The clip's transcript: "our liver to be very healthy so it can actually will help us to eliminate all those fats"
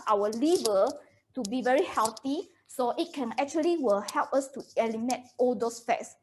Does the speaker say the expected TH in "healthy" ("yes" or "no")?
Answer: no